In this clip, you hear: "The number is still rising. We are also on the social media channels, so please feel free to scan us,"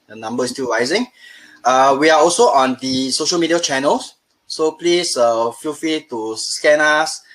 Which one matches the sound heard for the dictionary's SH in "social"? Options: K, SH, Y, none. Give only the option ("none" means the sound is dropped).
SH